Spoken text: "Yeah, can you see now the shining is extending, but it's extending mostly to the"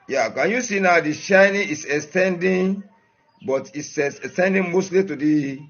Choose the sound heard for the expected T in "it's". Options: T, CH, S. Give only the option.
S